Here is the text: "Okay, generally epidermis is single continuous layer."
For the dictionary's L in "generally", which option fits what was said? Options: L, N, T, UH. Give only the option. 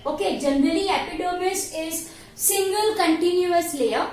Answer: N